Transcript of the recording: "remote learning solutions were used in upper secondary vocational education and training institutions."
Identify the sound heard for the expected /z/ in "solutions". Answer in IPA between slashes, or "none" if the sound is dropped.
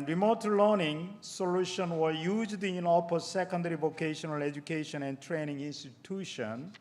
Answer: none